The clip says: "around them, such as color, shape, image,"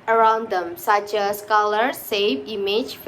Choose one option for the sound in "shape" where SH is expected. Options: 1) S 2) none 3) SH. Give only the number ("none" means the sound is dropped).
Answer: 1